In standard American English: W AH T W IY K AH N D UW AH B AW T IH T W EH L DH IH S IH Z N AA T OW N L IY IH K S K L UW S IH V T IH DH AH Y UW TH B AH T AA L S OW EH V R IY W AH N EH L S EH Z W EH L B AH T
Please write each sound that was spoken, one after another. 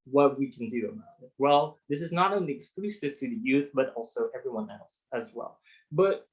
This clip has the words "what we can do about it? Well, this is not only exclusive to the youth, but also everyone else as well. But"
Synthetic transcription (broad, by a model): W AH T W IY K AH N D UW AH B AW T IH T W EH L DH IH S IH Z N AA T OW N L IY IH K S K L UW S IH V T IH DH AH Y UW TH B AH T AA L S OW EH V R IY W AH N EH L S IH Z W EH L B AH T